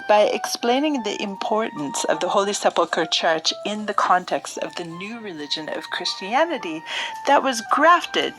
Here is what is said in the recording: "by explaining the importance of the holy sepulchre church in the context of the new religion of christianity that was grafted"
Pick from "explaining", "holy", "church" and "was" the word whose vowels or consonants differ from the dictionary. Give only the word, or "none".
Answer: none